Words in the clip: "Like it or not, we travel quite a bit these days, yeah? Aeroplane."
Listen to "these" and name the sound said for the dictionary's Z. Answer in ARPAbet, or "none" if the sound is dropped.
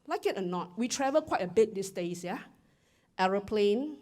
S